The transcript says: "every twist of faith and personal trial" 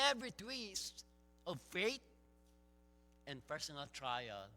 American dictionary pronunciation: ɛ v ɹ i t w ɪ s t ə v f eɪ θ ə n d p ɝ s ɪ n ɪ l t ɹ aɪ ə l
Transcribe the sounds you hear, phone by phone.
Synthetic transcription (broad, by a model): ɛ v ɹ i t w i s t ə v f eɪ t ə n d p ɝ s ɪ n ɪ l t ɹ aɪ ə l